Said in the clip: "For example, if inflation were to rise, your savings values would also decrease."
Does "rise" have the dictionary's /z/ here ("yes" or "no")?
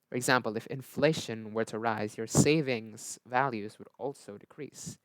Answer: yes